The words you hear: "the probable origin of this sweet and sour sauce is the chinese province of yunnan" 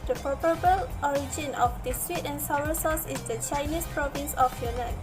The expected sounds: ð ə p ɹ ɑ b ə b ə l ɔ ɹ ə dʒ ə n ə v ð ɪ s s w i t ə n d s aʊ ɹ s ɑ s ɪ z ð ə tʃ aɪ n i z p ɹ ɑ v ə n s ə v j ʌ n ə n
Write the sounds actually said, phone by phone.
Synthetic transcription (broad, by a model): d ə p ɑ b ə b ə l ɔ ɹ ə dʒ ə n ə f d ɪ s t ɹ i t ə n s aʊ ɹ s ɑ s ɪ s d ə tʃ aɪ n i s p ɹ ɑ v ə n s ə f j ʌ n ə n